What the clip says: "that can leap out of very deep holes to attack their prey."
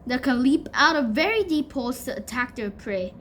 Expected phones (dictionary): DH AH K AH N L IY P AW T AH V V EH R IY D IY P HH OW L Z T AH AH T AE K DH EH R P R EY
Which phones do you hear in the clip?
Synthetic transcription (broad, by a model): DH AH K AH N L IY P AW T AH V V EH R IY D IY P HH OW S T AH AH T AE K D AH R P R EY